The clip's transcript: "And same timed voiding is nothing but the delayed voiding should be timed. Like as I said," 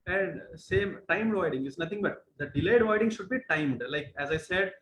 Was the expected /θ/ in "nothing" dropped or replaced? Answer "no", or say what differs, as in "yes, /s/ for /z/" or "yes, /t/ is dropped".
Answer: yes, /t/ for /θ/